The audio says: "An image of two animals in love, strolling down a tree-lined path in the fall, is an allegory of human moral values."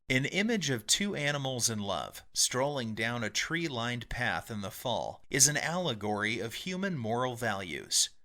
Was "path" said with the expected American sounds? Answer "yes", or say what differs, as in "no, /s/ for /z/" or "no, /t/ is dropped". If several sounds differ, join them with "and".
yes